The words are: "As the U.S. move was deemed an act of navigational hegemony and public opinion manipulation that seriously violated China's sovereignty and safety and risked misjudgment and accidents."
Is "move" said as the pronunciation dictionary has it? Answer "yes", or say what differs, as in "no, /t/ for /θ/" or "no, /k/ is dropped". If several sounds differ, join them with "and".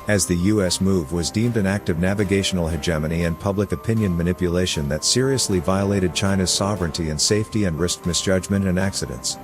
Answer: yes